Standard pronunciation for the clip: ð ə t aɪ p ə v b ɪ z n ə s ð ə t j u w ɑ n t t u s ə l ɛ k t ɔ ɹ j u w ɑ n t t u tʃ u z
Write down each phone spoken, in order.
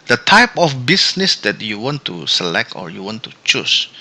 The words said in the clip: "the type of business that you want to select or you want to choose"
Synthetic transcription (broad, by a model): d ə t aɪ p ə f b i s n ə s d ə t j u w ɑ n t t u s ə l ɛ k t ɔ ɹ j u w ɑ n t t u tʃ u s